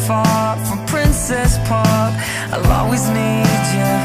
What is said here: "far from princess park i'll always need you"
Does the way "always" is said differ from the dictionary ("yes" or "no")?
yes